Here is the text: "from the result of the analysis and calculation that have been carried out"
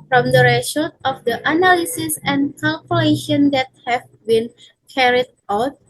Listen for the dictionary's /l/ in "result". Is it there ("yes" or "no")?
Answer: no